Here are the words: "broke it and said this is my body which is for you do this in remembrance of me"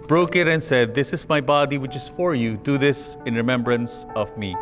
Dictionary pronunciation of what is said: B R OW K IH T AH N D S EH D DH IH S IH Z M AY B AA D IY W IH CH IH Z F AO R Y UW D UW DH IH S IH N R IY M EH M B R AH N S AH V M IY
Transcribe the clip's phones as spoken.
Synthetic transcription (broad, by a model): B R OW K IH T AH N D S EH D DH IH S IH Z M AY B AA D IY W IH CH IH Z F AO R Y UW D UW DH IH S IH N R IY M EH M B R AH N S AH V M IY